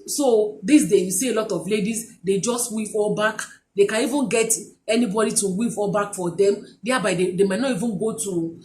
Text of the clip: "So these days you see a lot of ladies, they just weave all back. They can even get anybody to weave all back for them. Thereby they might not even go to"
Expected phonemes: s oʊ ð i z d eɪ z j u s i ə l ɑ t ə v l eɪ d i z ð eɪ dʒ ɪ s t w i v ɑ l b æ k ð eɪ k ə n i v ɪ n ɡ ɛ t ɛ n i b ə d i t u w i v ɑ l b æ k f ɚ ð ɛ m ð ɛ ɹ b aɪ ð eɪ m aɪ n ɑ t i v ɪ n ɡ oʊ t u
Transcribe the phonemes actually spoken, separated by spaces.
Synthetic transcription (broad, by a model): s oʊ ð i s d eɪ j u s i ə l ɑ t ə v l eɪ d i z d eɪ dʒ ɪ s t w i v ɑ l b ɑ k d eɪ k ə n i v ɪ n ɡ ɛ t ɛ n i b ə d i t u w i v ɑ l b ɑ k f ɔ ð ɛ m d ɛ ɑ b aɪ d eɪ m aɪ n ɑ t i v ɪ n ɡ oʊ t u